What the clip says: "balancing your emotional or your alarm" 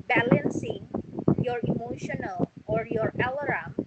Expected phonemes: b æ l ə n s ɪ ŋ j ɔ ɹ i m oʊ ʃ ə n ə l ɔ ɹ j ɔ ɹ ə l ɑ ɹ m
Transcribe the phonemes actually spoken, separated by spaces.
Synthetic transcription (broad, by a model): b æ l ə n s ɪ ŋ j ɔ ɹ i m oʊ ʃ ə n ə l ɔ ɹ j ɔ ɹ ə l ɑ ɹ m